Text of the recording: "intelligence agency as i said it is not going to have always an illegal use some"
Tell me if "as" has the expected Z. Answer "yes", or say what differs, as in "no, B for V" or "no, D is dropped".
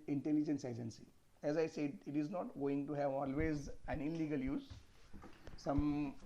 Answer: yes